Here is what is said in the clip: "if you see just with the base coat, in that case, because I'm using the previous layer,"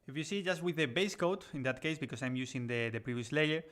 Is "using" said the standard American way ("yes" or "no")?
no